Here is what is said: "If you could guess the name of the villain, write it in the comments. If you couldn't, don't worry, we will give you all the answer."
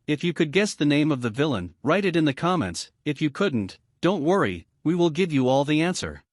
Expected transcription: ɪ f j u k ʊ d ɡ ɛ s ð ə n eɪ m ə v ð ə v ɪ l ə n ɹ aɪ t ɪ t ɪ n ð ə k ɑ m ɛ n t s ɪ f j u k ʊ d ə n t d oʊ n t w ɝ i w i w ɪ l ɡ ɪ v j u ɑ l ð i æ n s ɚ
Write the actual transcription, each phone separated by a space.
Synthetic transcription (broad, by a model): ɪ f j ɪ k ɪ d ɡ ɛ s ð ə n eɪ m ə v ð ə v ɪ l ə n ɹ aɪ t ɪ t ɪ n ð ə k ɑ m ɛ n t s ɪ f j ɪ k ʊ d n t d oʊ n t w ɝ i w i w ɪ l ɡ ɪ v j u ɑ l ð i æ n s ɚ